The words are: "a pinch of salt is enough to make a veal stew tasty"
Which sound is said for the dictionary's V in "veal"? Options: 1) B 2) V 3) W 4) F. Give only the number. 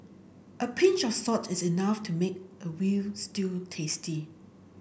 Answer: 3